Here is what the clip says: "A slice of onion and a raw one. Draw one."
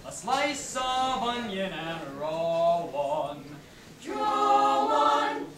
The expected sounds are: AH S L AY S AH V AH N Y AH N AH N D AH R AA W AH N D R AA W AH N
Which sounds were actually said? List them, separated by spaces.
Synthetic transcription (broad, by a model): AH S L AY S AH V AH N Y AH N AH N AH R AA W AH N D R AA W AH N